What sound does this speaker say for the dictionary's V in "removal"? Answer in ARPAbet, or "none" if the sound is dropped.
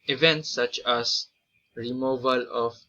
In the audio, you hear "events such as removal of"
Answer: V